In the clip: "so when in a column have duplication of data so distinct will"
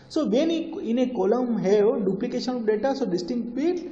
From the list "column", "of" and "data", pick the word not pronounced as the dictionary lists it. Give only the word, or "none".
of